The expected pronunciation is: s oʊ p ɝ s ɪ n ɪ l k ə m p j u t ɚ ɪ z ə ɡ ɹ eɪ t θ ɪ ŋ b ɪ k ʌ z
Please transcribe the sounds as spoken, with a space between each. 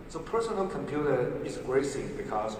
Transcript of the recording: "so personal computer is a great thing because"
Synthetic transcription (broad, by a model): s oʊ p ɝ s ɪ n ɪ l k ə m p j u t ɚ ɪ z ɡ ɹ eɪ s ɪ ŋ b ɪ k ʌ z